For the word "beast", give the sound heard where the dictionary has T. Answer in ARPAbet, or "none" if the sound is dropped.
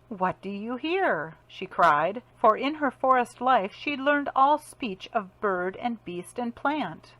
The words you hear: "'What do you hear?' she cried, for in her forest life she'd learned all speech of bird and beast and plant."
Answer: T